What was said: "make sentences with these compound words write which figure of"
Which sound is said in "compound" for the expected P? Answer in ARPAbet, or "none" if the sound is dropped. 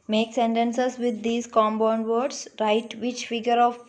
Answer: B